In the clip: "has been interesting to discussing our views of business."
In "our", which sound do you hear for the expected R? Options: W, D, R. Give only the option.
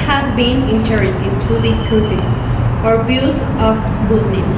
R